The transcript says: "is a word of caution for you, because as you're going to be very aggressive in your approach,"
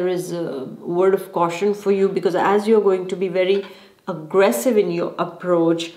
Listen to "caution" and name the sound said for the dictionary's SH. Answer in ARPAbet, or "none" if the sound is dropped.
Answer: SH